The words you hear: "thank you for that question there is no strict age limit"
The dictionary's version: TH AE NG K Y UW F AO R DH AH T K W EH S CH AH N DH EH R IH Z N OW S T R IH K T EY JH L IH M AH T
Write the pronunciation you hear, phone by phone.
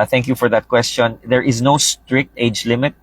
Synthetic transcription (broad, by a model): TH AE NG K Y UW F AO R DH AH T K W EH S CH AH N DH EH R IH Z N OW S T R IH K T EY JH L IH M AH T